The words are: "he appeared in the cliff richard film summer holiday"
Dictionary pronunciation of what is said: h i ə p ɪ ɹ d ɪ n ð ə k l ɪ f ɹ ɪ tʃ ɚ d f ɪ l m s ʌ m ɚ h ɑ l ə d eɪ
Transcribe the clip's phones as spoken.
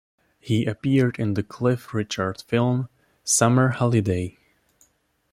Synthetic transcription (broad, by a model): h i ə p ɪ ɹ d ɪ n ð ə k l ɪ f ɹ ɪ tʃ ɚ d f ɪ l m s ʌ m ɚ h ɑ l ə d eɪ